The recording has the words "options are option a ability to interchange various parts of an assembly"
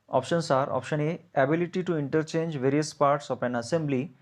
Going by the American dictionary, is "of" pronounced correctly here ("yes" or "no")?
no